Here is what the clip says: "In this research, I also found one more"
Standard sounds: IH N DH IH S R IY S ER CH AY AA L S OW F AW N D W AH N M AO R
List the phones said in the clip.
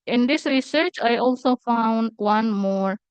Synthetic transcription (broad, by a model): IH N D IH S R IY S ER CH AY AA L S OW F AW N D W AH N M AO R